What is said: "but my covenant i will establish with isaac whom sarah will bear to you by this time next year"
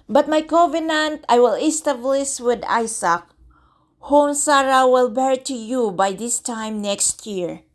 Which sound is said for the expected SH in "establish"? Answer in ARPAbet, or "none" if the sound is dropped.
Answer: S